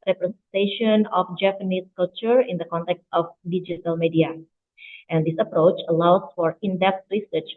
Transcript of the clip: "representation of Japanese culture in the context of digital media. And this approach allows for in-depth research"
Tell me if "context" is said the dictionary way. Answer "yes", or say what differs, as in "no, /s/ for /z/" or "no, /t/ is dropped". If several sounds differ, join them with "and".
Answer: yes